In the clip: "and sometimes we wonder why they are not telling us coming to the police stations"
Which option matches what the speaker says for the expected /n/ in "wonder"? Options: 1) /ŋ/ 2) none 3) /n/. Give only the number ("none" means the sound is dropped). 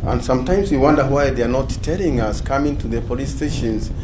3